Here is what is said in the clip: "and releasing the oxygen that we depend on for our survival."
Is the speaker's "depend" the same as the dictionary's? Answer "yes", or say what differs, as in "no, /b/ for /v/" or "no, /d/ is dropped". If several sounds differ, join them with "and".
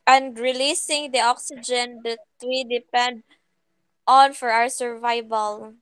yes